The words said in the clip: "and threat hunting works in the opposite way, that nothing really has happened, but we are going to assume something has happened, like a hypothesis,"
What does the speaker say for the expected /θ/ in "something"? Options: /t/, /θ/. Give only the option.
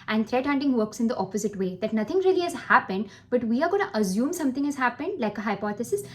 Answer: /t/